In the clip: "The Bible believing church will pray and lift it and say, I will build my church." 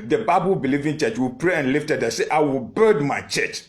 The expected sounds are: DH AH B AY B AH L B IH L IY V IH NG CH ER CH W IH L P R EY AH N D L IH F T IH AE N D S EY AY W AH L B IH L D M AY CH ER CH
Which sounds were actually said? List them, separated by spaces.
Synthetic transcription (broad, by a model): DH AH B AY B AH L B IH L IY V IH NG CH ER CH W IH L P R EY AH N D L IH F T IH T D S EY AY W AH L B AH D M AY CH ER CH